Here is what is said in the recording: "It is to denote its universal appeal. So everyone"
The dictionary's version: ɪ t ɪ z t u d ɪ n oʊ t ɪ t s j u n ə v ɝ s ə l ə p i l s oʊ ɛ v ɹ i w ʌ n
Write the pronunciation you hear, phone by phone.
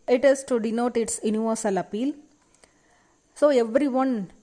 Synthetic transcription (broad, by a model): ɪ t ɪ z t u d ɪ n oʊ t ɪ t s j u n ə v ɝ s ə l ə p i l s oʊ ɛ v ɹ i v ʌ n